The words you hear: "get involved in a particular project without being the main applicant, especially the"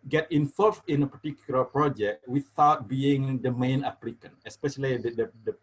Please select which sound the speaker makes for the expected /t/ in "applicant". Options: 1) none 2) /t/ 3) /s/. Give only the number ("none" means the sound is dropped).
1